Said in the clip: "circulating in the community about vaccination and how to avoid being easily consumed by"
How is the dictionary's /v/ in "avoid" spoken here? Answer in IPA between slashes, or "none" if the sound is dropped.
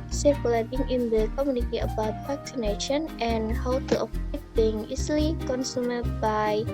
/p/